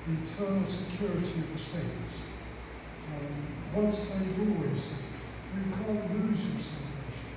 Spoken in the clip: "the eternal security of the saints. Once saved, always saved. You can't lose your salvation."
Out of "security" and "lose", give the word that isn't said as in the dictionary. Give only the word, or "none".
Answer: none